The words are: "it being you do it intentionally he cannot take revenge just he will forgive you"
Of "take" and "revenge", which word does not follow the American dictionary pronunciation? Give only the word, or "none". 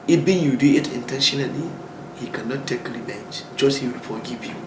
revenge